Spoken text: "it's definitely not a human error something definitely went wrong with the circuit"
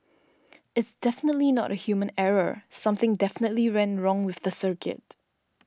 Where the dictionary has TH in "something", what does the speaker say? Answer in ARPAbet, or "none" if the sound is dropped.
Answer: TH